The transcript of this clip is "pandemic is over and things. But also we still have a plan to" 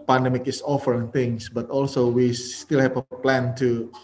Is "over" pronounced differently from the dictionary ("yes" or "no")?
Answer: yes